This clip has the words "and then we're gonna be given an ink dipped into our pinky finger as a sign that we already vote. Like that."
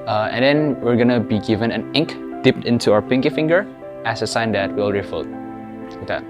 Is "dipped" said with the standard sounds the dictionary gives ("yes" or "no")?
yes